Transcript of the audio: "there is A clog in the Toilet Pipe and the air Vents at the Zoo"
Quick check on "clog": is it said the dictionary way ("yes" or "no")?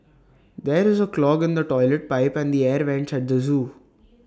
yes